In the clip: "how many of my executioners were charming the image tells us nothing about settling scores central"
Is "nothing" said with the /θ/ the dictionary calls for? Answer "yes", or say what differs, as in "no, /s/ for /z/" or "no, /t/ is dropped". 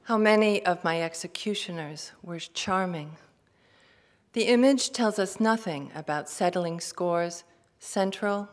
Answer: yes